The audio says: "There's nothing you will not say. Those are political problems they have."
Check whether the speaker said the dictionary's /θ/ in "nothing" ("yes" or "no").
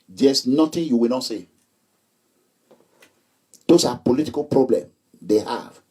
no